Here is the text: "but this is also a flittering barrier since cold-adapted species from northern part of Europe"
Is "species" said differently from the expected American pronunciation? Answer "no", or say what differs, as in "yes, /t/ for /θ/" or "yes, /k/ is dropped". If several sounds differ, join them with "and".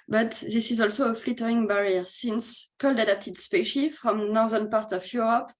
yes, /z/ is dropped